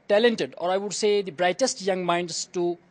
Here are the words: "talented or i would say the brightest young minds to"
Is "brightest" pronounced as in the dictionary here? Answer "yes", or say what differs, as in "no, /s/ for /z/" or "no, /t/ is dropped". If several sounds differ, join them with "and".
yes